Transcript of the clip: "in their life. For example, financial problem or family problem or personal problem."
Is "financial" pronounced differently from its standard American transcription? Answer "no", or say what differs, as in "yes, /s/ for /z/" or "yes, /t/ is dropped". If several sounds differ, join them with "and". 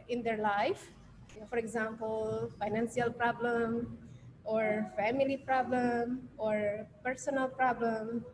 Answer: yes, /s/ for /ʃ/